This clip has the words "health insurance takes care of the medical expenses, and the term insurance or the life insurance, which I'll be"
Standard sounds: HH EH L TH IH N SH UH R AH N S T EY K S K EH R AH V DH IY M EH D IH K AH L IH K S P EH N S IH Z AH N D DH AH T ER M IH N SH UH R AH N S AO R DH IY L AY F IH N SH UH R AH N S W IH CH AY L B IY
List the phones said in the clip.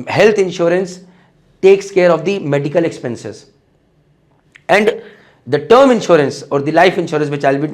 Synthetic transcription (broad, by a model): HH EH L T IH N SH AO R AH N S T EY K S K EH R AH V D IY M EH D IH K AH L IH K S P EH N S IH Z AH N D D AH T ER M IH N SH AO R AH N S AO R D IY L AY F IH N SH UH R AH N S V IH CH AY L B IY